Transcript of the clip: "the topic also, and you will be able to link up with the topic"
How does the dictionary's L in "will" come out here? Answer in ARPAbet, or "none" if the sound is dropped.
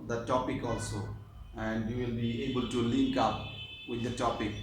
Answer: L